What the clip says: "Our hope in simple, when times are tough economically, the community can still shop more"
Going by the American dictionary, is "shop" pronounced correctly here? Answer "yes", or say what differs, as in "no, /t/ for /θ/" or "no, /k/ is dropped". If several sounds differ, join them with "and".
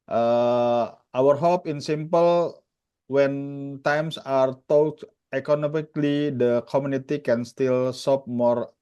no, /s/ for /ʃ/